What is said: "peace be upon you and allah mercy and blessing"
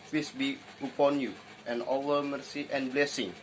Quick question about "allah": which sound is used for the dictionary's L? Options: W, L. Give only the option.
W